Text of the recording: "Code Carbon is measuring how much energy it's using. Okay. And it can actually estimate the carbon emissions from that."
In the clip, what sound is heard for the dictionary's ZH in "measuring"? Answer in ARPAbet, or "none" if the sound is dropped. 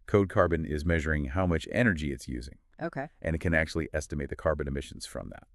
ZH